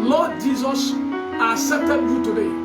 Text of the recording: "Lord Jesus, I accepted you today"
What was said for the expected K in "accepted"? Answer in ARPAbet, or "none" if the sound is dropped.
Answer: none